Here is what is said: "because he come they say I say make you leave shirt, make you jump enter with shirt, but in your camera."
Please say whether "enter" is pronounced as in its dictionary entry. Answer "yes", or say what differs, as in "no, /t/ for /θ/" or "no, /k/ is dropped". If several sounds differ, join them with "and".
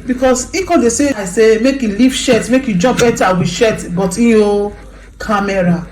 no, /n/ is dropped